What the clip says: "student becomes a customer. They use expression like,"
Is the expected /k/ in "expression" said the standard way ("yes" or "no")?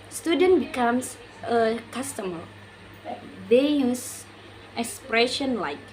yes